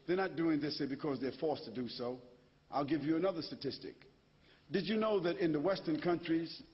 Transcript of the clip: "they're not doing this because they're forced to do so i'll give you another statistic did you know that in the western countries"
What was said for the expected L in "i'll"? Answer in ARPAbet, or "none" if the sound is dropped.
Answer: L